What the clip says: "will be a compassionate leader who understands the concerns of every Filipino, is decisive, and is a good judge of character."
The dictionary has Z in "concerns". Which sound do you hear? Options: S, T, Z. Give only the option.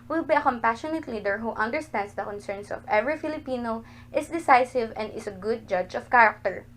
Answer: S